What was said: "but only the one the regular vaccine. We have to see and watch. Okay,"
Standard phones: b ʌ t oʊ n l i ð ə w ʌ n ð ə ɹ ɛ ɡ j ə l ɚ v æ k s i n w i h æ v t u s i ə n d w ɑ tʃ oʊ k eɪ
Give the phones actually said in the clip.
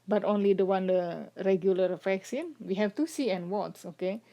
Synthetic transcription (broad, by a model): b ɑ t oʊ n l i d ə w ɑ n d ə ɹ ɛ ɡ j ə l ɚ f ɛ k s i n w i h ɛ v t u s i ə n w ɑ s oʊ k eɪ